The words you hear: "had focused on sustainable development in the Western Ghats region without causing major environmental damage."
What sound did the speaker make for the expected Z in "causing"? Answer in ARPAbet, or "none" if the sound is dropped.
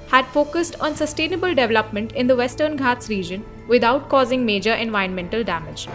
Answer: Z